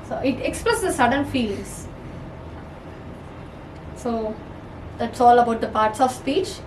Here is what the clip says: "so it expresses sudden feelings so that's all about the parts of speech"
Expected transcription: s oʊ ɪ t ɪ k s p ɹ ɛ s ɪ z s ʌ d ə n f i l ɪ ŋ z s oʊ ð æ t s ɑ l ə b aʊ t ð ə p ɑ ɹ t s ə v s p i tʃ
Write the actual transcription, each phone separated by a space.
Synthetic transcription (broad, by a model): s oʊ ɪ t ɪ k s p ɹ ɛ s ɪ s ʌ d ə n f i l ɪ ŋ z s oʊ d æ t s ɑ l ə b aʊ t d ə p ɑ ɹ t s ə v s p i tʃ